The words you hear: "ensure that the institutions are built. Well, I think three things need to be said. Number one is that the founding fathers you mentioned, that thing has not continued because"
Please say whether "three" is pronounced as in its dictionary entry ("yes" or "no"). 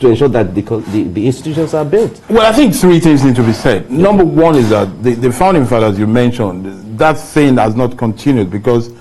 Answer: yes